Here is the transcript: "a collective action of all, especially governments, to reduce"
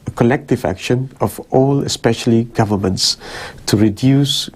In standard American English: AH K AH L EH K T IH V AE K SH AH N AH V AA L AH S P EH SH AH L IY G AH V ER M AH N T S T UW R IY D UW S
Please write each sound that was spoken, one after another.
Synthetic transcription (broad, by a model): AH K AH L EH K T IH V AE K SH AH N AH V AA L AH S P EH SH AH L IY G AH V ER M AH N T S T UW R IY D UW S